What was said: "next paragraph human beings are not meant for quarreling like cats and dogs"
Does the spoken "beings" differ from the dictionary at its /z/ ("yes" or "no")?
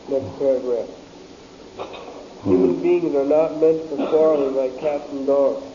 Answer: no